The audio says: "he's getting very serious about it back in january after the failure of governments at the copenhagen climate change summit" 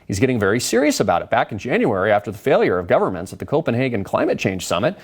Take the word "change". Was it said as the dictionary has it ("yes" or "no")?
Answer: no